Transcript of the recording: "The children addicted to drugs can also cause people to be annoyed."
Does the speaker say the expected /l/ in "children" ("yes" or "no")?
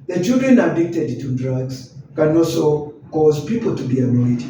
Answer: no